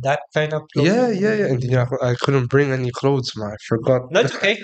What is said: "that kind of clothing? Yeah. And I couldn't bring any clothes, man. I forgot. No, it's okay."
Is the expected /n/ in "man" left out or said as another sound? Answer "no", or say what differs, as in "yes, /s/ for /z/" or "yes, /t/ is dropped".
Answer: yes, /n/ is dropped